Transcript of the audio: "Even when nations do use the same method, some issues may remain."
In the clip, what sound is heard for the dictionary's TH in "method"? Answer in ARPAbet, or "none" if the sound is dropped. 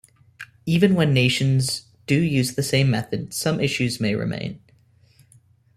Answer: TH